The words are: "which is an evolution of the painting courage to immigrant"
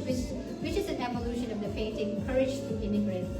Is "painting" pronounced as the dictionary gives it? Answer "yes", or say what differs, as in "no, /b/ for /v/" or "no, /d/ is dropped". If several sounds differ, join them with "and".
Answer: no, /f/ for /p/